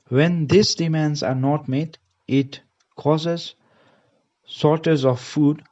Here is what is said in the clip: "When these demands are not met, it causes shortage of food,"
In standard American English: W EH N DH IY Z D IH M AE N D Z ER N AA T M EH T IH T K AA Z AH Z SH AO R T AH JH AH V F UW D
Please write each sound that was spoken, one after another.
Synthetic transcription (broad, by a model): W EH N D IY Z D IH M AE N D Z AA N AA T M EH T IH T K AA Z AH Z S AO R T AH Z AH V F UW D